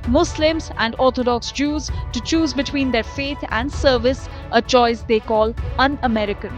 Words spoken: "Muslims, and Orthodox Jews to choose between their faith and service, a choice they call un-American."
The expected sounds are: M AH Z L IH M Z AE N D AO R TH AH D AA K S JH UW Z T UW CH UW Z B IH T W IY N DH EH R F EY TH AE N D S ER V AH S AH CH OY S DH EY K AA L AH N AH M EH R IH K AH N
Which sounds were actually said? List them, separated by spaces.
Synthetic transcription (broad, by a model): M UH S L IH M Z AE N D AO R T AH D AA K S JH UW Z T UW CH UW Z B IH T W IY N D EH R F EY T AE N D S ER V AH S AH CH OY S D EY K AA L AH N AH M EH R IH K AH N